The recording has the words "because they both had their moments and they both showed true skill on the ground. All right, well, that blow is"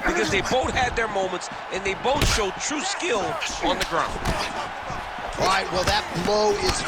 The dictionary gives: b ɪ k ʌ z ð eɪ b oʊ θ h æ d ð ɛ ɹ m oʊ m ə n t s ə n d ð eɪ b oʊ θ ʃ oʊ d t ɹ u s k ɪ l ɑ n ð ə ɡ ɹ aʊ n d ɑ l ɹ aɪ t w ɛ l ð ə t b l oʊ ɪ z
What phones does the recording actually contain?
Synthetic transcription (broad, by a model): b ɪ k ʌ z ð eɪ b oʊ θ h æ d ð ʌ ɹ m oʊ m ə n t s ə n ð eɪ b oʊ θ ʃ oʊ d t ɹ u s k ɪ l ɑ n ð ə ɡ ɹ aʊ n d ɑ ɹ aɪ t w ɛ l ð ə t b oʊ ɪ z